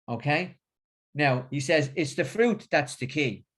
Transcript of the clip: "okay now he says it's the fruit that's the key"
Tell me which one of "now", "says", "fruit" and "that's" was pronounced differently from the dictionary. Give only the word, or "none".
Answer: none